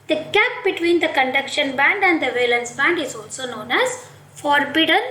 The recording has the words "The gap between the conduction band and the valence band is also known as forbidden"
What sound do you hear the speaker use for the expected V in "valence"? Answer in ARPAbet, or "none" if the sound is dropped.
V